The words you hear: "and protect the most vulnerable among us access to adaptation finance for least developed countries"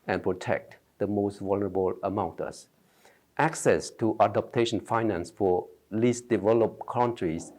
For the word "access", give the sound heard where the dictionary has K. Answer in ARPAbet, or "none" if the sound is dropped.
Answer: K